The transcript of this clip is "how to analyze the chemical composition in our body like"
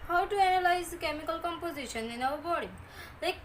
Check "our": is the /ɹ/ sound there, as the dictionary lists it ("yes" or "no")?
no